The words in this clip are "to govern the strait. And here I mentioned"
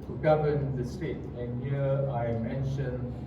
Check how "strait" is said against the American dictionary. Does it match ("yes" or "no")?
no